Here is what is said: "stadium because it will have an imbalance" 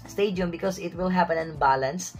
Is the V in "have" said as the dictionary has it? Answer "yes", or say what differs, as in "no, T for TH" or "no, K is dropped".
no, P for V